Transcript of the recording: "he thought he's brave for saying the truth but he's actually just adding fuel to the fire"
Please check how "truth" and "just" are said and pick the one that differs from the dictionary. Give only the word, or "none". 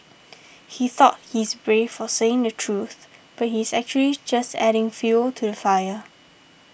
none